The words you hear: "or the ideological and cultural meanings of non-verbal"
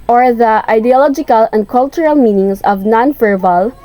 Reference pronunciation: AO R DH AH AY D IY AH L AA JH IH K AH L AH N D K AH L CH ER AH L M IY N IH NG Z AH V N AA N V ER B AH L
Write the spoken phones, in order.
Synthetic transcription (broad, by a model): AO R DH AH AY D IY AH L AA JH IH K AH L AH N D K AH L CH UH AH L M IY N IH NG S AH V N AA N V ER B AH L